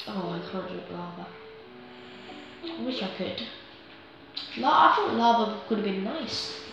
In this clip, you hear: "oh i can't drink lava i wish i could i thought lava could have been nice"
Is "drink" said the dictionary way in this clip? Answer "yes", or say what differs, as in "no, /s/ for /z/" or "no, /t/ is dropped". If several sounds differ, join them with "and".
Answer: no, /ɹ/ is dropped